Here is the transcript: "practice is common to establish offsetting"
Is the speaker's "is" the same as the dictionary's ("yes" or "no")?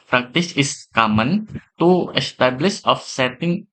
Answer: no